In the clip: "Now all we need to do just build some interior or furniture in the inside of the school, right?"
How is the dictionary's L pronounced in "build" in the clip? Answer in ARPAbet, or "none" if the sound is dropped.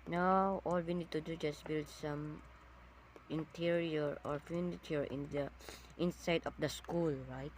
L